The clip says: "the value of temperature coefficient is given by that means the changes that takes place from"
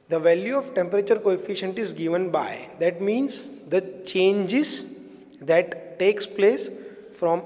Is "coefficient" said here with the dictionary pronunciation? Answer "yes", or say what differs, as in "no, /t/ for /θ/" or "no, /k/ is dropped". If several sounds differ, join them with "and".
yes